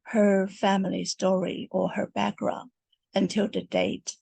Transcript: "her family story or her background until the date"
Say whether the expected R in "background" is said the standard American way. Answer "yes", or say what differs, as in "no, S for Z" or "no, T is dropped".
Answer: yes